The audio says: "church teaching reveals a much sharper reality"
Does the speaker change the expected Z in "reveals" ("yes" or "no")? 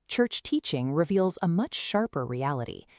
no